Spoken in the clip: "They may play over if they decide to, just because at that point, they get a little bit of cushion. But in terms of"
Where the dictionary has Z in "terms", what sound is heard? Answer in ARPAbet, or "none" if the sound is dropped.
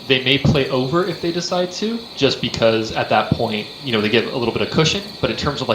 Z